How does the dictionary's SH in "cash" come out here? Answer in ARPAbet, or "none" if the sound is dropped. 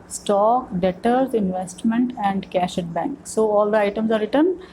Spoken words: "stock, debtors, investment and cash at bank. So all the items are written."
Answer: SH